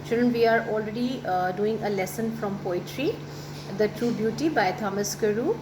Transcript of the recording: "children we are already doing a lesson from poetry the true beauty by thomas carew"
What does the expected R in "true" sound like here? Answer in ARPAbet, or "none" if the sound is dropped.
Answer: R